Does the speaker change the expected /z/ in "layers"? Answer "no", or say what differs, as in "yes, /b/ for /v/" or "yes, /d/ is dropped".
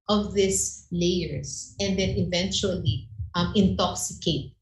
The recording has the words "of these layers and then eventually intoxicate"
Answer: yes, /s/ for /z/